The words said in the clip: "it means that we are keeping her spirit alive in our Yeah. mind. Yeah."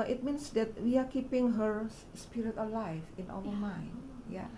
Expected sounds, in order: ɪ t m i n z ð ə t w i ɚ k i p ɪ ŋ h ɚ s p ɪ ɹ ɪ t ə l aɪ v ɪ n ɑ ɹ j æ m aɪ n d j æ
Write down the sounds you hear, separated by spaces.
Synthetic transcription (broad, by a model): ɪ t m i n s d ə t w i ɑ k i p ɪ ŋ h ɚ s p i ɹ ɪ t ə l aɪ f ɪ n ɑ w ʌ m aɪ n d j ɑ